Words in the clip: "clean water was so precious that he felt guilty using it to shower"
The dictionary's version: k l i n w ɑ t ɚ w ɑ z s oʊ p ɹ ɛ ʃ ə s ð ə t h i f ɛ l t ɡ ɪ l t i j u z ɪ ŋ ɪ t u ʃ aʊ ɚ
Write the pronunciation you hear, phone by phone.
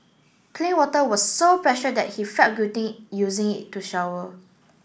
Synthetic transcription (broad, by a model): k l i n w ɑ t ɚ w ɑ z s oʊ p ɹ ɛ ʃ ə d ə t h i f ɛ t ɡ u t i j u z ɪ ŋ ɪ t u ʃ aʊ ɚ